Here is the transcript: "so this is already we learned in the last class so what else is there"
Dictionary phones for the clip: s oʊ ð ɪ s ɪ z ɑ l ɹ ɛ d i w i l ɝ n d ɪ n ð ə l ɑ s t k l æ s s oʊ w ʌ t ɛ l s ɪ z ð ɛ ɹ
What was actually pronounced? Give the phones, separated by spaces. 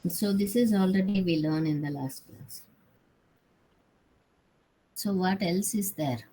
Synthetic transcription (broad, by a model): s oʊ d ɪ s ɪ z ɑ l ɹ ɛ d i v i l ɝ n ɪ n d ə l ɑ s t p l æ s s oʊ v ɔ t ɛ l s ɪ z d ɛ ɹ